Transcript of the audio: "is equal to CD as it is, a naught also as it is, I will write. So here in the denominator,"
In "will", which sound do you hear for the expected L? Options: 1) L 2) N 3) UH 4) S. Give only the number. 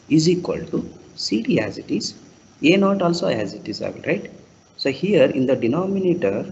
2